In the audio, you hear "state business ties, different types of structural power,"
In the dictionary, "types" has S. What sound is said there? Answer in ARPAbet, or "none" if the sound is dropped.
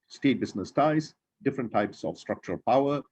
S